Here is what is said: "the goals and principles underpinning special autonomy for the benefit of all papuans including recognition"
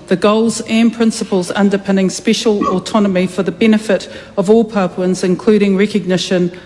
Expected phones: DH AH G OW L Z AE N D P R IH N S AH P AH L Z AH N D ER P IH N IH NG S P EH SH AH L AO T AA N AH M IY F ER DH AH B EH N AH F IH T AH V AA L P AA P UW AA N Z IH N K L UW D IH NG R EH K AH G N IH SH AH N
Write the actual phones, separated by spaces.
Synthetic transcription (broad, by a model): DH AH G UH L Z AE N P R IH N S AH P AH L Z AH N D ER P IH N IH NG S P EH SH AH L AO T AA N AH M IY F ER DH AH B EH N AH F IH T AH V AA L P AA P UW N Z IH N K L UW D IH NG R EH K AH G N IH SH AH N